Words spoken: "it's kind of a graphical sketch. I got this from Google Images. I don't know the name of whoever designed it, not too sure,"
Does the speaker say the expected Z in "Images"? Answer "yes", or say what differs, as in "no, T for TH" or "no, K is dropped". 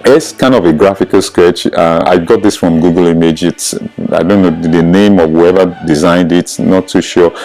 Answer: no, S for Z